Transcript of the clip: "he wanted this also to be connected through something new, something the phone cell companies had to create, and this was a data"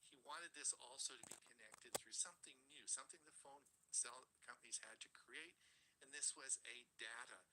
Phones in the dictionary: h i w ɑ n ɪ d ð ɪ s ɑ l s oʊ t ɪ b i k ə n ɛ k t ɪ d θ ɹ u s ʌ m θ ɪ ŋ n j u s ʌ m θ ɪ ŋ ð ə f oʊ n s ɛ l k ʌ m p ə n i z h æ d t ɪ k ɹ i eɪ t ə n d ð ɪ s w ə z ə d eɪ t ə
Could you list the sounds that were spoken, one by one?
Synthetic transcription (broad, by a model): h i w ɑ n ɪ d ð ɪ s ɑ l s oʊ t ɪ b i k ə n ɛ k t ɪ d θ ɹ u s ʌ m θ ɪ ŋ n j u s ʌ m θ ɪ ŋ ð ə f oʊ n s ɛ l k ʌ m p ə n i z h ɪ d t ɪ k ɹ i eɪ t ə n ð ɪ s w ə z ə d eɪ t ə